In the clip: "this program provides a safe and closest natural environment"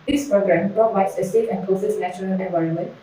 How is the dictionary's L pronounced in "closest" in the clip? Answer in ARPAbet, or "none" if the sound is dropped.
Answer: none